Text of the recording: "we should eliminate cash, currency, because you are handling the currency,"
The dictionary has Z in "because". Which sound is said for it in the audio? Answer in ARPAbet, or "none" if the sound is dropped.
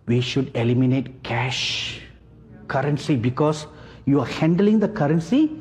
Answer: S